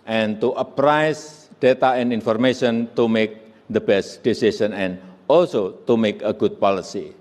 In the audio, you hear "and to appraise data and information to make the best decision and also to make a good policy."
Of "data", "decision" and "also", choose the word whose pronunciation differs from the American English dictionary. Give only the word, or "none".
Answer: decision